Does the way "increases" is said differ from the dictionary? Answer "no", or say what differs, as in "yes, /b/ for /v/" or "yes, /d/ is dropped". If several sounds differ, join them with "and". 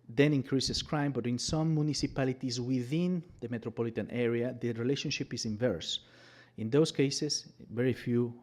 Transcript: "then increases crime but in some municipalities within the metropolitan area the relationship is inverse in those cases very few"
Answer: yes, /s/ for /z/